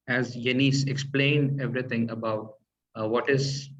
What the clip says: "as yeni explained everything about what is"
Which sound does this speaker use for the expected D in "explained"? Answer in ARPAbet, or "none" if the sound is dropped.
D